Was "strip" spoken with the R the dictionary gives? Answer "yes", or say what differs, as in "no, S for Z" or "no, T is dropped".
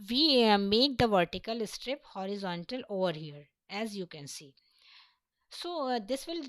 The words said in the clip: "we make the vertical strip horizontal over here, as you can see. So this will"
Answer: yes